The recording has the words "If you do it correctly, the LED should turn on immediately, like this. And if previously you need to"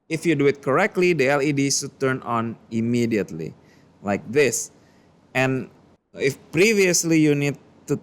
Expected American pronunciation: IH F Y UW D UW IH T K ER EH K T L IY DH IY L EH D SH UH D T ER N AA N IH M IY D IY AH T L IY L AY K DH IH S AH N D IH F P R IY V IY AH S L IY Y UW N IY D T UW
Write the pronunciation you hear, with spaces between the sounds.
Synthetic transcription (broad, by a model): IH F Y UW D UW IH T K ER EH K T L IY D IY L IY D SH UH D T ER N AA N IH M IY D IY AH T L IY L AY K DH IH S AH N IH F P R IY V IY AH S L IY Y UW N IY D T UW